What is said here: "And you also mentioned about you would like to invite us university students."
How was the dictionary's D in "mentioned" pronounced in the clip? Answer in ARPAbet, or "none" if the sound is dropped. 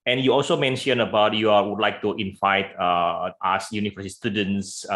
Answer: none